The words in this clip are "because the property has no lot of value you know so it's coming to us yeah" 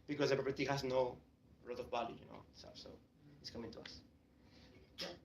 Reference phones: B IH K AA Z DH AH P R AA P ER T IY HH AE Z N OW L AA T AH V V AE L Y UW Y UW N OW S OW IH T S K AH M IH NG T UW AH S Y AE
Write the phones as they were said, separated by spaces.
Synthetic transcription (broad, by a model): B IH K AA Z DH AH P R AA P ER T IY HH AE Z N OW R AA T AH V B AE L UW Y UW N OW S OW IH T S K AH M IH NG T UW AH S